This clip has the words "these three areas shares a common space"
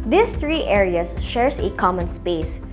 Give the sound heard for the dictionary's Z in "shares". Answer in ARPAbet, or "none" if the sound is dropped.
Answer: S